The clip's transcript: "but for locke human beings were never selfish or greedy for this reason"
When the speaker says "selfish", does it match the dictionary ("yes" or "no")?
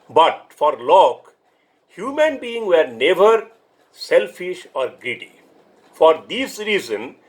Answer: yes